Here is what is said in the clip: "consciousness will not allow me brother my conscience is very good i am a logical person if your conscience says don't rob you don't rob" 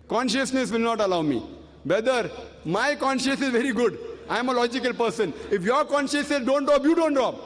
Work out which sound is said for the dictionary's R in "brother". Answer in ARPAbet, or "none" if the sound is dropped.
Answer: none